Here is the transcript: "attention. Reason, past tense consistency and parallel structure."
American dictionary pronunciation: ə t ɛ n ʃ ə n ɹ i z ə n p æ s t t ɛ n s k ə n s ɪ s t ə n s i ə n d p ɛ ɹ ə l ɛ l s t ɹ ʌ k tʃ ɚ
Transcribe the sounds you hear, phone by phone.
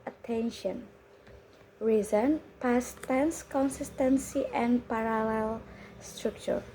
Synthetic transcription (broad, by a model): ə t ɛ n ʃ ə n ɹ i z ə n p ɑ s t t ɛ n s k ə n s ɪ s t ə n s i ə n p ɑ ɹ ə l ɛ l s t ɹ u k tʃ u